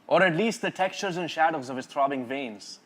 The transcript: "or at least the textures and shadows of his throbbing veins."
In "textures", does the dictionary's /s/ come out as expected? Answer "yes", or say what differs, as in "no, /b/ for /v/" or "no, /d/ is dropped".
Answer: yes